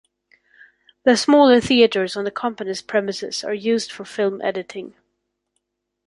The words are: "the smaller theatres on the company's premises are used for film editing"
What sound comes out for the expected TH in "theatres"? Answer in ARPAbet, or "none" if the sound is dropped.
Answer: TH